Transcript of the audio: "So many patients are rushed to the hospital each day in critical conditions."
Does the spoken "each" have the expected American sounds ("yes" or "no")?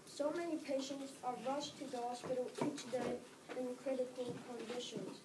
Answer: yes